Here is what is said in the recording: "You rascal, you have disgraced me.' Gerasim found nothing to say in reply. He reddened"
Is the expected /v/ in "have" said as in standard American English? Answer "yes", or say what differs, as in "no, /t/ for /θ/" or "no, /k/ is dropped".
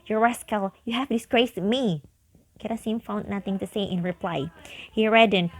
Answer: no, /f/ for /v/